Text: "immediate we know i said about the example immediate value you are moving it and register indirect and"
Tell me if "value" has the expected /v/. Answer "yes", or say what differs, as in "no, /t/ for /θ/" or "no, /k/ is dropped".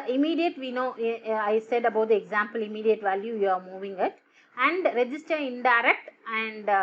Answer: yes